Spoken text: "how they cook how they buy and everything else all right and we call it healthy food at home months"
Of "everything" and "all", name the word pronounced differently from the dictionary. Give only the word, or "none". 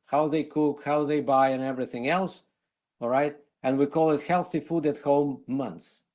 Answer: none